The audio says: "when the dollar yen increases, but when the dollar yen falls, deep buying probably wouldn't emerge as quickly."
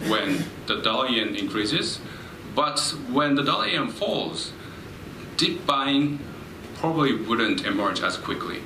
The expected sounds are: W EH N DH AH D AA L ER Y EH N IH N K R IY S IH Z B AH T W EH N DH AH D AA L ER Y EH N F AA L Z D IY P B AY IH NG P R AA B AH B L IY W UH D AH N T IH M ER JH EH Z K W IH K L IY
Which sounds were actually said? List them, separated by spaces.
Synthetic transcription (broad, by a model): W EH N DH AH D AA L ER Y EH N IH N K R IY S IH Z B AH T W EH N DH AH D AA L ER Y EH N F AA L Z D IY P B AY IH NG P R AA B AH B L IY W UH D AH N T IH M ER JH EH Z K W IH K L IY